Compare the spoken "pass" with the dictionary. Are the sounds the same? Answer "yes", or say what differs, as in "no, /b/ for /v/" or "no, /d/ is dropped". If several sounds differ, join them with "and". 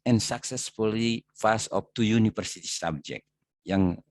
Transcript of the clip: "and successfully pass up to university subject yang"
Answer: no, /f/ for /p/